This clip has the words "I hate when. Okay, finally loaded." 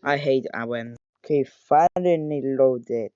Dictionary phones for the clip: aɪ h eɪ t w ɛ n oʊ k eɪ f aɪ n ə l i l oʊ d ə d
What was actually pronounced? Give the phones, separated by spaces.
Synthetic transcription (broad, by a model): aɪ h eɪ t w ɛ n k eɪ f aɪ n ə n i l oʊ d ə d